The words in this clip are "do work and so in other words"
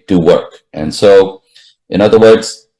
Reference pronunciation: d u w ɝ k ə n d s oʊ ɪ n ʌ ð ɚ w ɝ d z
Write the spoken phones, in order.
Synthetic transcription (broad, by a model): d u w ɝ k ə n s oʊ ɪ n ʌ ð ɚ w ɝ d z